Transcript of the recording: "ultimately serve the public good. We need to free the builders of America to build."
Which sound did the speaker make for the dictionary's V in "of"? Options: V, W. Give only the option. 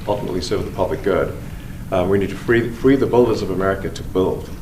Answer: V